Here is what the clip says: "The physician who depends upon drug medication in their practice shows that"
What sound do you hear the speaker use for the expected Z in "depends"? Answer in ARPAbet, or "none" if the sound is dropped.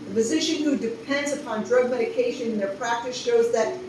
Z